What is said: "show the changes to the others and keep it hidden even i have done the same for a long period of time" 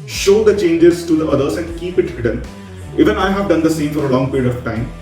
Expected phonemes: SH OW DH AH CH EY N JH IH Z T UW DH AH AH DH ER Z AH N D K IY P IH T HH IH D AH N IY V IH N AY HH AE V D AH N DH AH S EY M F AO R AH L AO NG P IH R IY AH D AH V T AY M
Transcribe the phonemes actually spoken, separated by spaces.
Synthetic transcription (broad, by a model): SH OW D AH CH EY N JH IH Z T UW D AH AH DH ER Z AH N D K IY P IH T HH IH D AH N IY V IH N AY HH AE V D AH N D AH S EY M F AO R AH L AO NG P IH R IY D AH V T AY M